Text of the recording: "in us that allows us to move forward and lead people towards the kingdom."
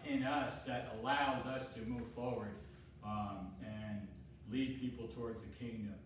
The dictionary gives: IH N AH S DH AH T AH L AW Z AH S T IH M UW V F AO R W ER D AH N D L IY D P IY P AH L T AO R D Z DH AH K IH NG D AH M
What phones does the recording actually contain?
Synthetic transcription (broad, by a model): IH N AH S DH AH T AH L AW Z AH S T IH M UW V F AO R W ER D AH N L IY D P IY P L T AO R D Z DH AH K IH NG D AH M